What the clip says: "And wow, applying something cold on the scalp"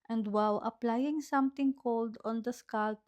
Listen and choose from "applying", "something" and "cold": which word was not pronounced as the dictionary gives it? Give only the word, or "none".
something